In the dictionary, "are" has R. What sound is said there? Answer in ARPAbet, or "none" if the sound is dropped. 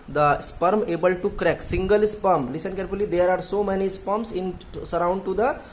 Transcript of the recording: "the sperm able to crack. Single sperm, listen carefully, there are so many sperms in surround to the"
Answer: R